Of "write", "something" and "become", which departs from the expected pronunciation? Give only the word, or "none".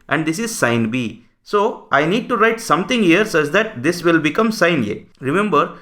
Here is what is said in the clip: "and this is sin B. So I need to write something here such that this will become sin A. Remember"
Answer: something